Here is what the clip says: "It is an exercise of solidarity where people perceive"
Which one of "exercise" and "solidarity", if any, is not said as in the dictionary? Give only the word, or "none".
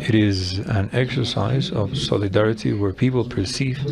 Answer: none